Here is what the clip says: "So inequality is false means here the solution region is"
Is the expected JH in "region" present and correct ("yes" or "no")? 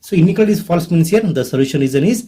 no